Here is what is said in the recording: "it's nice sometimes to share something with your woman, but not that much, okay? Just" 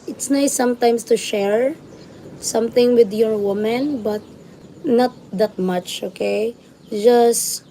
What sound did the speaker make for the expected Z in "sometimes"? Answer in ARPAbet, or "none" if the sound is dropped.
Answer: S